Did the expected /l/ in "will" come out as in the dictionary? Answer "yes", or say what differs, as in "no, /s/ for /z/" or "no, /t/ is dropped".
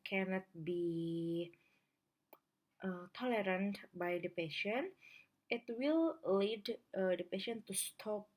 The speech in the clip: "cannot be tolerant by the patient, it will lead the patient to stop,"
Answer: yes